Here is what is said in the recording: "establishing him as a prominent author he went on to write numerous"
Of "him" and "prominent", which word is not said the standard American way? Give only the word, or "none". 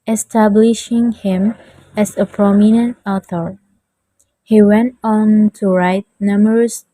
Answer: none